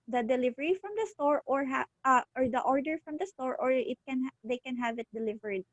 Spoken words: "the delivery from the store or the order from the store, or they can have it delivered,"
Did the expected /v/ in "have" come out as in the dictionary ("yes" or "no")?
yes